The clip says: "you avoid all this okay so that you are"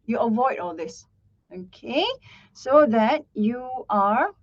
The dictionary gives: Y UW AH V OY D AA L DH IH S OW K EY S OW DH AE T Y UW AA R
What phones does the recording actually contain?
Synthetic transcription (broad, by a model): Y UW AH V OY D AA L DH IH S OW K EY S OW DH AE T Y UW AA R